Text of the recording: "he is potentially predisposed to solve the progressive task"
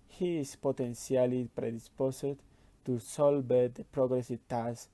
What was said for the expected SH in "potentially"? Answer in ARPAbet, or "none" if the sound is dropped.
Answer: S